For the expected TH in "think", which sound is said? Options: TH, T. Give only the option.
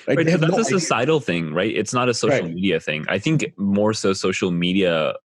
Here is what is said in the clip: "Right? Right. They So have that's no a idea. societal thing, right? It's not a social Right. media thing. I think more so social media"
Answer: TH